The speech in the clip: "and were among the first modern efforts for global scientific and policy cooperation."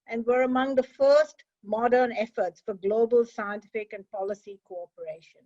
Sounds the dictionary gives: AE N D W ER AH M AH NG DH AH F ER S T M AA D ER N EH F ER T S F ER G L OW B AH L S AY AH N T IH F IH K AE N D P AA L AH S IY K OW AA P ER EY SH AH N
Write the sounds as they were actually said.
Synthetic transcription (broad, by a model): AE N D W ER AH M AH NG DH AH F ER S T M AA D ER N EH F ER T S F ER G L OW B AH L S AY AH N T IH F IH K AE N D P AA L AH S IY K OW AA P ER EY SH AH N